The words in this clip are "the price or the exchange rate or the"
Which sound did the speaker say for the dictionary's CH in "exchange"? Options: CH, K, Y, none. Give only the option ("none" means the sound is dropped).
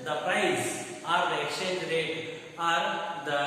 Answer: none